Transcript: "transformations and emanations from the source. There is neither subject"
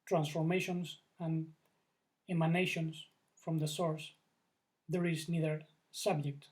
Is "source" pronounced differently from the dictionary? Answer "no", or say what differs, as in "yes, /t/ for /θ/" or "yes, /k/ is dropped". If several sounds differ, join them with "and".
no